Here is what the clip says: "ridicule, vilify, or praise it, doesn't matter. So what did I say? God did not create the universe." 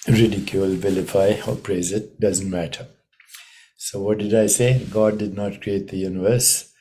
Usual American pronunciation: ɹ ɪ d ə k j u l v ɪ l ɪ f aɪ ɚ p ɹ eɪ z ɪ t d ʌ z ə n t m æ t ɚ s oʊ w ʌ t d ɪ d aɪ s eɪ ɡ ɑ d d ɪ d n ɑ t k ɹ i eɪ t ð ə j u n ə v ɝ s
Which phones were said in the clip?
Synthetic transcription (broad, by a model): ɹ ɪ d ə k j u l v ɪ l ɪ f aɪ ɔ p ɹ eɪ z ɪ t d ʌ z ə n t m æ t ɚ s oʊ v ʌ t d ɪ d aɪ s eɪ ɡ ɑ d d ɪ d n ɑ t k ɹ i eɪ t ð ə j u n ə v ɝ s